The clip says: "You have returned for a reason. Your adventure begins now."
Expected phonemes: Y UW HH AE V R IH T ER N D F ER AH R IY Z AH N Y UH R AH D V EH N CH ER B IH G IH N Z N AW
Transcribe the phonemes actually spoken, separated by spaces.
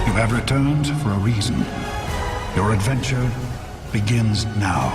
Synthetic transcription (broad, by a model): Y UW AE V R IH T ER N D F ER AH R IY Z AH N Y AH R AH D V EH N CH ER B IH G IH N Z N AW